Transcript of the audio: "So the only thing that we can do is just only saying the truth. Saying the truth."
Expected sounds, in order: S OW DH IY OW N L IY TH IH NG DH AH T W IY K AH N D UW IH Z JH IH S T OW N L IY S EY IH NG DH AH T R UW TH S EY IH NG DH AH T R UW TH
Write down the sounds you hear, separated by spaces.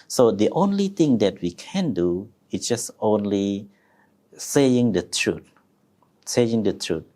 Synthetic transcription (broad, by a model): S OW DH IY OW N L IY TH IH NG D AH T W IY K AH N D UW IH S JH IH S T OW N L IY S EY IH NG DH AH T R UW T S EY IH NG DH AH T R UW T